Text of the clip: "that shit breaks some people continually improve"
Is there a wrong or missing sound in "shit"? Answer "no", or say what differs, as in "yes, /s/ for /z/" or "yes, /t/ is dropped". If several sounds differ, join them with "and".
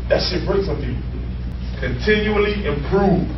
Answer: yes, /s/ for /ʃ/